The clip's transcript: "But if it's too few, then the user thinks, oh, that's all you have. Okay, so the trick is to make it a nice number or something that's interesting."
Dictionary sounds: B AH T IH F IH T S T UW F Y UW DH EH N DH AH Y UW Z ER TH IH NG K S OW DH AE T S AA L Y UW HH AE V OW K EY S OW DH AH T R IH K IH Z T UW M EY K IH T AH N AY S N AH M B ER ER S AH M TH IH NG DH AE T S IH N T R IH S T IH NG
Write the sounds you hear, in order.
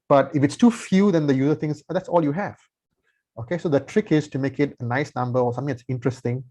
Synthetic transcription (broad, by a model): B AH T IH F IH T S T UW F Y UW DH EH N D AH Y UW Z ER T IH NG S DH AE T S AA L Y UW HH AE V OW K EY S OW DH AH T R IH K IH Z T UW M EY K IH T AH N AY S N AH M B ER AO S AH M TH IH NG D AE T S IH N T R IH S T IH NG